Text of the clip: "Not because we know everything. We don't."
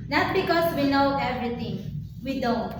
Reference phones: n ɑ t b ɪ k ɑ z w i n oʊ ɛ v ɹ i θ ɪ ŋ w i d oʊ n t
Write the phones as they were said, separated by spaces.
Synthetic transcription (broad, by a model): n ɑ t b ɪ k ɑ s w i n oʊ ɛ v ɹ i t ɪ ŋ w i d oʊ n t